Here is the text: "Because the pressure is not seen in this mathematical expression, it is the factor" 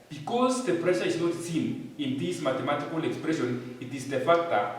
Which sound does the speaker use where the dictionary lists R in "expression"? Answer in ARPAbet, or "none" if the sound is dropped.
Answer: R